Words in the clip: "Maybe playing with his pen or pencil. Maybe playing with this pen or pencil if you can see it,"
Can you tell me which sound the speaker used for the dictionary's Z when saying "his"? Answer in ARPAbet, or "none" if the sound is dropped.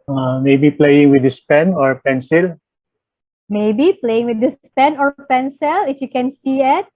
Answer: S